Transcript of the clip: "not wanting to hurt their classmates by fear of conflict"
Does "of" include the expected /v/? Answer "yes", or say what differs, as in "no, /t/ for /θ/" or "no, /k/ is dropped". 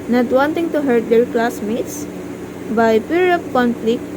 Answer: no, /p/ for /v/